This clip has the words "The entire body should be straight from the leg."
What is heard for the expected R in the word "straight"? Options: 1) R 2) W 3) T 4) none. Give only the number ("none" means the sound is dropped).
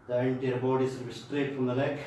1